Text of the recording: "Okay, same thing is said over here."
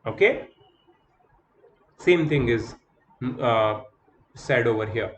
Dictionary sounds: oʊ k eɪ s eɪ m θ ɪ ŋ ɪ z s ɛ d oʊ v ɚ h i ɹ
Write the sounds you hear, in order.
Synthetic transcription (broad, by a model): oʊ k eɪ s eɪ m t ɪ ŋ ɪ z s ɛ d oʊ v ɚ h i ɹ